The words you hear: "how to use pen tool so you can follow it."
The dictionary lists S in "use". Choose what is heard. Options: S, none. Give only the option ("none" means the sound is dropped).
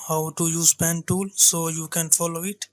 S